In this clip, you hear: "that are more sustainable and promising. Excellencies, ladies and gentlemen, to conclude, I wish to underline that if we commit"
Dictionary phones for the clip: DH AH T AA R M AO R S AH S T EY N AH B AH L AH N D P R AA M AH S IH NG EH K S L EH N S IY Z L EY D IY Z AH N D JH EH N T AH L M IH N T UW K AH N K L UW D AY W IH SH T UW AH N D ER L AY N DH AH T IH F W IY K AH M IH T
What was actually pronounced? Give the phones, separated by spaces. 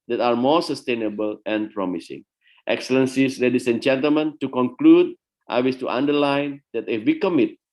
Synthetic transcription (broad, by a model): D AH T AA R M AO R S AH S T EY N AH B AH L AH N P R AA M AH S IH NG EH K S L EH N S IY S L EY D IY S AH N JH EH N T AH L M IH N T UW K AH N K L UW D AY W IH S T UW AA N D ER L AY N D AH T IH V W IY K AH M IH T